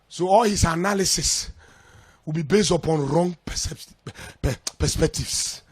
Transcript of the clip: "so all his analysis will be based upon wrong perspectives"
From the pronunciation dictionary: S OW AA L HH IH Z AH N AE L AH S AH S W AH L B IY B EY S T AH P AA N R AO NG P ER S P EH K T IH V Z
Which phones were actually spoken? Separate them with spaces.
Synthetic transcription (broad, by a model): S OW AA L HH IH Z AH N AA L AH S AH S W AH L B IY B EY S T AH P AA N R AO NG P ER S P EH K T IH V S